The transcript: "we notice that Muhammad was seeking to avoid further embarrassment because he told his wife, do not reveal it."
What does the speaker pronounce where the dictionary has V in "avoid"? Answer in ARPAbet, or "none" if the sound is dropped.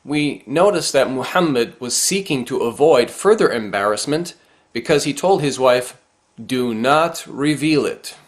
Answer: V